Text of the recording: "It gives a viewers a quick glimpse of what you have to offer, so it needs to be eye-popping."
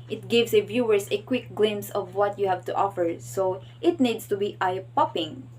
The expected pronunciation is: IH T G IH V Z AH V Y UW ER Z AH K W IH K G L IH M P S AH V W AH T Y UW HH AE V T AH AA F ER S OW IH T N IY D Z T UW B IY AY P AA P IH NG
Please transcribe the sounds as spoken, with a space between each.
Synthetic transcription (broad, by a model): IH T G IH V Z AH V Y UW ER S AH K W IH K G L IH M S AH V W AH T Y UW HH AE V T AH AA F ER S OW IH T N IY D S T UW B IY AY P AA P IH NG